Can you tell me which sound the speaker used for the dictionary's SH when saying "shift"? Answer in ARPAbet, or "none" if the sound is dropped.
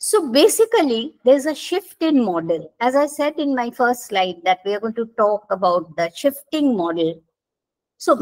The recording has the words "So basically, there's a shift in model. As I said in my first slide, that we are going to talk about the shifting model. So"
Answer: SH